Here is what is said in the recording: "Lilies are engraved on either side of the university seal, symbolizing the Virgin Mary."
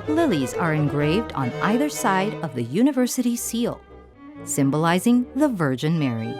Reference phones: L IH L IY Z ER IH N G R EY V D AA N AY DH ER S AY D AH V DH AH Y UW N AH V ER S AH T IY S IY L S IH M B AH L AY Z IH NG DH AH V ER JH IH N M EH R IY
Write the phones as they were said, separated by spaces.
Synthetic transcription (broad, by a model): L IH L IY Z ER IH N G R EY V D N AY DH ER S AY D AH V DH AH Y UW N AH V ER S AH T IY S IY L S IH M B AH L AY Z IH NG DH AH V ER JH IH N M EH R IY